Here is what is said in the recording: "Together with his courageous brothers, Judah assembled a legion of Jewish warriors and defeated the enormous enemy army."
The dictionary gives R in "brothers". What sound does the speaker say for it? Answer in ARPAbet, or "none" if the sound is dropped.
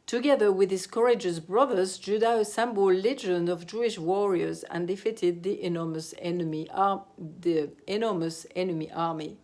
R